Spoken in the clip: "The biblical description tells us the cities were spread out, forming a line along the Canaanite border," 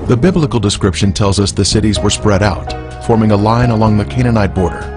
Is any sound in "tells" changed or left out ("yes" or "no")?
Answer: no